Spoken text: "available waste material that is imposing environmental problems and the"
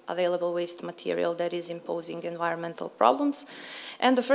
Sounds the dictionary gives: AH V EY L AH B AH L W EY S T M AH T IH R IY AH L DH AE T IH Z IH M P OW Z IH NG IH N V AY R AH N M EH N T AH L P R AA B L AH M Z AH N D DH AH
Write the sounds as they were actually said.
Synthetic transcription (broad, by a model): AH V EY L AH B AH L W EY S T M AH T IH R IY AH L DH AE T IH Z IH M P OW Z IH NG IH N V AY R AH N M EH N T AH L P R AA B L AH M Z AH N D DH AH